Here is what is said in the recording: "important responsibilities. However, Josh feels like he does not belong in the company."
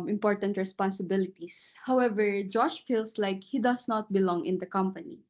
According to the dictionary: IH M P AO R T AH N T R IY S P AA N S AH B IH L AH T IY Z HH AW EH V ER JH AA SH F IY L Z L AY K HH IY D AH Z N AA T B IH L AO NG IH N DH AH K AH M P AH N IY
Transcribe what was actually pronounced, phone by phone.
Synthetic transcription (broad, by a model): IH M P AO R T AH N T R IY S P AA N S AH B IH L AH T IY S HH AW EH V ER JH AA SH F IY L S L AY K HH IY D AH S N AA T B IH L AO NG IH N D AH K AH M P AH N IY